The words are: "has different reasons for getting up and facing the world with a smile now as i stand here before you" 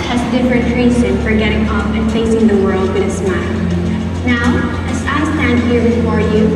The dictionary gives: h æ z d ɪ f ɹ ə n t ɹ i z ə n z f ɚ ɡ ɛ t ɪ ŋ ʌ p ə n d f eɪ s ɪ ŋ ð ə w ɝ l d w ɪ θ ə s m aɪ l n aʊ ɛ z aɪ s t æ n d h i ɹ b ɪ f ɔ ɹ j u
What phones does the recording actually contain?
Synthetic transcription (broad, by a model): h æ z d ɪ f ɹ ə n t ɹ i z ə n f ɚ ɡ ɛ t ɪ ŋ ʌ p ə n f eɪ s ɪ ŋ ð ə w ɝ l d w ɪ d ə s m aɪ l n aʊ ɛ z aɪ s t æ n d h i ɹ b ɪ f ɔ ɹ j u